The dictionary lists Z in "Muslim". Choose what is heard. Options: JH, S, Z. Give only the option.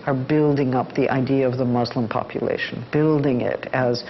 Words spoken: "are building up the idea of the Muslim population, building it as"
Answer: Z